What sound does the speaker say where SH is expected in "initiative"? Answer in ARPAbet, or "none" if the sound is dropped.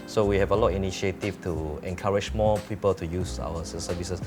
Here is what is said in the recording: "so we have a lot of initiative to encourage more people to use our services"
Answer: none